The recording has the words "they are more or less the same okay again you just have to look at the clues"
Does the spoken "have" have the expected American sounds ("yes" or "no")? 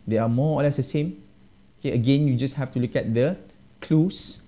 no